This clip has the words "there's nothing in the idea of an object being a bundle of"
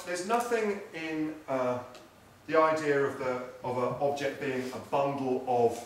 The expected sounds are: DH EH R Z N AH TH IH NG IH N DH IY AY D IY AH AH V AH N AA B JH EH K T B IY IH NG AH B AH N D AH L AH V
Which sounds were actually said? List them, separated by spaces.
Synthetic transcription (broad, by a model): DH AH Z N AH TH IH NG IH N DH IY AY D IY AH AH V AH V AA B JH EH K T B IY IH NG AH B AH N D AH L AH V